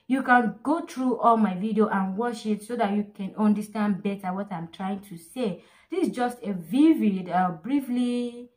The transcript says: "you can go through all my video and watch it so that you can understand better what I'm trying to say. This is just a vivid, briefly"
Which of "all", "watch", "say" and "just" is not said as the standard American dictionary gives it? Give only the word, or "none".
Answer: watch